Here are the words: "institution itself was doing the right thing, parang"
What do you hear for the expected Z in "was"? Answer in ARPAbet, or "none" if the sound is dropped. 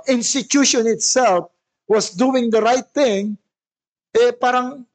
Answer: S